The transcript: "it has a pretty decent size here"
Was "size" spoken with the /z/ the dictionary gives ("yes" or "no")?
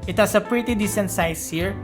no